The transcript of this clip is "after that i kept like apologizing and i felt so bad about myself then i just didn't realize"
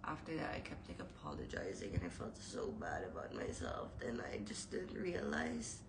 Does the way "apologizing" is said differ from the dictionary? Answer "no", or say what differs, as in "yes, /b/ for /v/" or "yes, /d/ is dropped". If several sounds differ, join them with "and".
no